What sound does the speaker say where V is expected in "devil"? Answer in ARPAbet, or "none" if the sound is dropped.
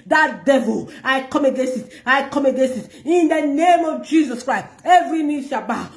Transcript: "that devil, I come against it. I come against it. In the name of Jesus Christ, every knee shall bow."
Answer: V